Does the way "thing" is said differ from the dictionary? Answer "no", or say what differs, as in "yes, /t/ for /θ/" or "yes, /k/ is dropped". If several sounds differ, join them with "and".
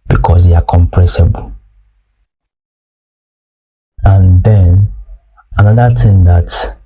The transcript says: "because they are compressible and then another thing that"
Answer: yes, /t/ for /θ/